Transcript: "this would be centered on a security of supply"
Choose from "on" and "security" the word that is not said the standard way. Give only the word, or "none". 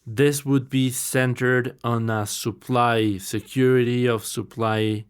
on